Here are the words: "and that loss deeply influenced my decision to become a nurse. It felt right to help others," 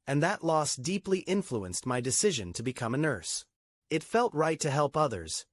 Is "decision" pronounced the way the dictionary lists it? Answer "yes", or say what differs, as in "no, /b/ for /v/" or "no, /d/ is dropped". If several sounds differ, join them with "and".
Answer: yes